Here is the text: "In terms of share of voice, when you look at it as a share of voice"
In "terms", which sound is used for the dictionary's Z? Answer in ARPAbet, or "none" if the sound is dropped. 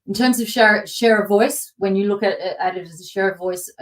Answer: Z